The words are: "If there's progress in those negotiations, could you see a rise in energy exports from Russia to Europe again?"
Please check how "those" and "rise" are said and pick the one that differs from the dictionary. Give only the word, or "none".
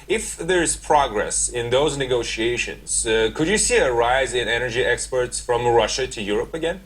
none